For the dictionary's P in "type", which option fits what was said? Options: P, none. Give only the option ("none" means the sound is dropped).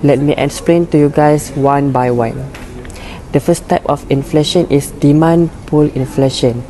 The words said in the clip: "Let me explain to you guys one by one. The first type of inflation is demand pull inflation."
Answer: P